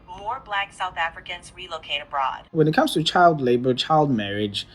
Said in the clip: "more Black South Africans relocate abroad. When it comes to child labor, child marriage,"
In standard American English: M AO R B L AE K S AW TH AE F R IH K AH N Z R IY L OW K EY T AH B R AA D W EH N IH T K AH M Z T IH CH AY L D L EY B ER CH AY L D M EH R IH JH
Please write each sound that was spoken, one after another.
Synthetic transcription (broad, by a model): M AO R B L AE K S AW TH AE F R IH K AH N Z R IY L OW K EY T AH B R AA D W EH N IH T K AH M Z T IH CH AY L D L EY B ER CH AY L D M EH R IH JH